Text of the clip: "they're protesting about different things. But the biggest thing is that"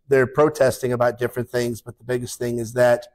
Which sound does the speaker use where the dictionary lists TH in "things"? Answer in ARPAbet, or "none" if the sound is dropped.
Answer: TH